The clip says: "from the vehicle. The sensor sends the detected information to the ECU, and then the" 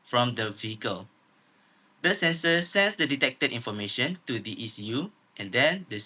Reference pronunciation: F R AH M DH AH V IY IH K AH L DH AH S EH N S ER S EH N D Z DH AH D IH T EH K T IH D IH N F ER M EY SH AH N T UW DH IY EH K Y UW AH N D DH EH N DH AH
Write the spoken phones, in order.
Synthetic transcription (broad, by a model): F R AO M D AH V IY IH K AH L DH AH S EH N S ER S EH N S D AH D IH T EH K T IH D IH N F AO M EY SH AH N T UW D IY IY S Y UW AH N D EH N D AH